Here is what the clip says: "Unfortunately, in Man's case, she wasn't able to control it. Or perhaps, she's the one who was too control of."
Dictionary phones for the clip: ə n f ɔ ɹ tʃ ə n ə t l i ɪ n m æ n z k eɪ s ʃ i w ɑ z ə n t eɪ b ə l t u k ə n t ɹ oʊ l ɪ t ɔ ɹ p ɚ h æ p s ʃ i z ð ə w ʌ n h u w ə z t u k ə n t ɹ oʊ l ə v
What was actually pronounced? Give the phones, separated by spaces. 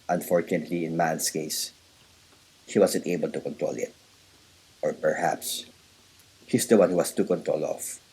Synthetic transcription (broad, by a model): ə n f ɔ ɹ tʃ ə n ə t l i ɪ n m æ n s k eɪ s ʃ i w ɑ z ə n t eɪ b ə l t u k ə n t ɹ oʊ l ɪ t ɔ ɹ p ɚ h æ p s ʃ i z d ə w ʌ n h u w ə s t u k ə n t ɹ oʊ l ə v